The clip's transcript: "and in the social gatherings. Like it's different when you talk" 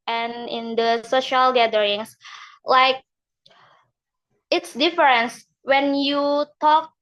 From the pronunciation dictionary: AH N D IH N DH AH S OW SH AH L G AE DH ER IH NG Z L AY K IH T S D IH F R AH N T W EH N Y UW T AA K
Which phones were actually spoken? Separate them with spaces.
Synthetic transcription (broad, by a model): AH N IH N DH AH S OW SH AH L G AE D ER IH NG S L AY K IH T S D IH F R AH N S W EH N Y UW T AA K